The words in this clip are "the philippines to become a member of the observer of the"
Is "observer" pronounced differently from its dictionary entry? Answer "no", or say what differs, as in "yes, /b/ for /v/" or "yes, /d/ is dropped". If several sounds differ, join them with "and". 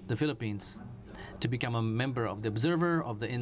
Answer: no